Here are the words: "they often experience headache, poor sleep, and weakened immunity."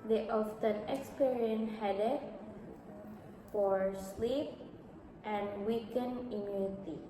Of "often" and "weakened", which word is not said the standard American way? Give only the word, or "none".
weakened